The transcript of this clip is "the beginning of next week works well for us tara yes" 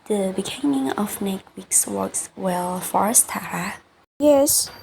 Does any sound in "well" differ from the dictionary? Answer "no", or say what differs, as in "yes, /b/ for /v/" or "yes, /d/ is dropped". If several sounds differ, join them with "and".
no